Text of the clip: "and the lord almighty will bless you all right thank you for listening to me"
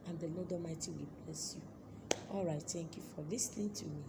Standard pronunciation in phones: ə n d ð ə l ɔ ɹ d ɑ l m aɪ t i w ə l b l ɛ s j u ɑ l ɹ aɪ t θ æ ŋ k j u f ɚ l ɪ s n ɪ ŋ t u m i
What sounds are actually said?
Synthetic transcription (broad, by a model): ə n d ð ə l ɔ d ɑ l m aɪ t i w ə l b l ɛ s j u ɑ l ɹ aɪ t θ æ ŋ k j u f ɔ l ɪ s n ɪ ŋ t u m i